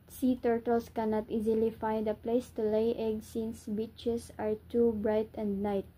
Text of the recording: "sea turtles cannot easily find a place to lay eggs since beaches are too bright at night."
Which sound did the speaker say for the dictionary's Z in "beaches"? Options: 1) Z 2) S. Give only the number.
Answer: 2